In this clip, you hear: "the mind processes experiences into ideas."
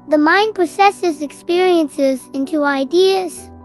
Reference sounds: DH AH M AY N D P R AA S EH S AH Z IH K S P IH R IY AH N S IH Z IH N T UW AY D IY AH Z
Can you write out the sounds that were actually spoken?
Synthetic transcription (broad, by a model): DH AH M AY N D P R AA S EH S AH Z IH K S P IH R IY AH N S IH Z IH N T UW AY D IY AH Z